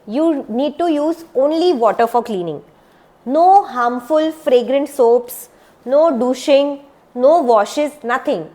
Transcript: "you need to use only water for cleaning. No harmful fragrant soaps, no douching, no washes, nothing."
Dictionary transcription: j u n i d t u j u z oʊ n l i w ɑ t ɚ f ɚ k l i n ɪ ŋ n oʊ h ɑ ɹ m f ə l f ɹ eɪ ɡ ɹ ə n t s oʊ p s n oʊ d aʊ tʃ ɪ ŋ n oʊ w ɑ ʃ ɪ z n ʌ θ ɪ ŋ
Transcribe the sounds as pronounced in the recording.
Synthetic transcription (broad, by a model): j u n i d t u j u z oʊ n l i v ɑ t ɚ f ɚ k l i n ɪ ŋ n oʊ h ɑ m f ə l f ɹ eɪ ɡ ɹ ə n t s oʊ p s n oʊ d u ʃ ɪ ŋ n oʊ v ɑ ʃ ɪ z n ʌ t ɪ ŋ